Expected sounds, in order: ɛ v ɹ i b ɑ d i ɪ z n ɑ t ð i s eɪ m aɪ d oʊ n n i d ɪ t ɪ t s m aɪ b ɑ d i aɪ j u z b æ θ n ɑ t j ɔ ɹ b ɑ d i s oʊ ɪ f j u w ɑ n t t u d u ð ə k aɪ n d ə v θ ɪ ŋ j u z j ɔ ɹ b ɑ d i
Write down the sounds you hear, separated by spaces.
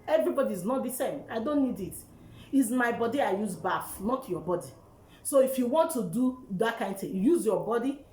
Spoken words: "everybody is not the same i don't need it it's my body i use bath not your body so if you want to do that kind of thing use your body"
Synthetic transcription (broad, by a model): ɛ v ɹ i b ɑ d i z n ɑ t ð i s eɪ m aɪ d oʊ n n i d ɪ t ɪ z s m aɪ b ɑ d i aɪ j u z b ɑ f n ɑ t j ɔ b ɑ d i s oʊ ɪ f j u w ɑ n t t u d u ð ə k aɪ n d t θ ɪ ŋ j u z j ɔ b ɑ d i